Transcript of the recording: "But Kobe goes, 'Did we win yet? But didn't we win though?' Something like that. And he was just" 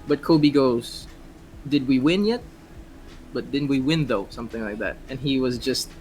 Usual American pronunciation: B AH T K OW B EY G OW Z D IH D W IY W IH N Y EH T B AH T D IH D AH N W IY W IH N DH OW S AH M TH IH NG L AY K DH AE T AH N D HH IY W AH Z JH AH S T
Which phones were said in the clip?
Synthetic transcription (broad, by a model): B AH T K OW B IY G OW Z D IH D W IY W IH N Y EH T B AH T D IH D N W IY W IH N DH OW S AH M TH IH NG L AY K DH AE T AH N IY W AH Z JH AH S T